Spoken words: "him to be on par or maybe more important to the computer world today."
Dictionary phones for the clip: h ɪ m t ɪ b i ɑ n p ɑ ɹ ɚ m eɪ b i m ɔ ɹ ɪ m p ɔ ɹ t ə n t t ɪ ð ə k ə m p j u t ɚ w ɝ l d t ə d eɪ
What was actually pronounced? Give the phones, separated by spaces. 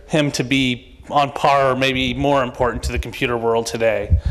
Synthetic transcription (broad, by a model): h ɪ m t ɪ b i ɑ n p ɑ ɹ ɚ m eɪ b i m ɔ ɹ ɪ m p ɔ ɹ t n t t ɪ ð ə k m p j u t ɚ w ɝ l d t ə d eɪ